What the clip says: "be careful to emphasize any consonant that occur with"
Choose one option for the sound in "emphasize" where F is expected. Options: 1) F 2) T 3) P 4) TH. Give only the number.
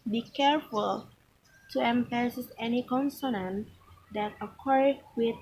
3